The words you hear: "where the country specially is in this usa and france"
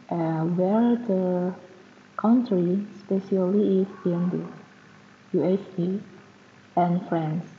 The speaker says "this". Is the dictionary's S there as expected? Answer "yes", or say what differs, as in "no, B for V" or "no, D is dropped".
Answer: no, S is dropped